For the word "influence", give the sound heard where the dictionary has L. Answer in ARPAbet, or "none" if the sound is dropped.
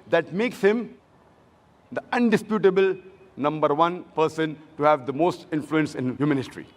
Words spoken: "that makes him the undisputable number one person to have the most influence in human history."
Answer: L